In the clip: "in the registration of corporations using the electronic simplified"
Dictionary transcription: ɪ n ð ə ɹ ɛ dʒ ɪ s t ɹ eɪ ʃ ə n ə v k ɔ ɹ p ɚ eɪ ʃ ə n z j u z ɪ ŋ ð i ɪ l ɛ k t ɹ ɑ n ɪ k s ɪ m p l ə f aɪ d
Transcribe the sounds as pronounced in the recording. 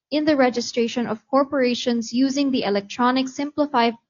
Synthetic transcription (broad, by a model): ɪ n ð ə ɹ ɛ dʒ ɪ s t ɹ eɪ ʃ ə n ə v k ɔ ɹ p ɚ eɪ ʃ ə n z j u z ɪ ŋ ð i ɪ l ɛ k t ɹ ɑ n ɪ k s ɪ m p l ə f aɪ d